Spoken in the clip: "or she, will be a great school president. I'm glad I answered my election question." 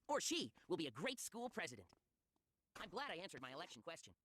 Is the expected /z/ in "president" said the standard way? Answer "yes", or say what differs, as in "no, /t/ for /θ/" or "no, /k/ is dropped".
yes